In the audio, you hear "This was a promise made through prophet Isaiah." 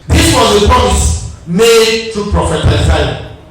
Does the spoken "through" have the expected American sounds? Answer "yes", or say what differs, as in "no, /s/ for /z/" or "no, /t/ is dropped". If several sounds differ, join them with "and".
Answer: no, /t/ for /θ/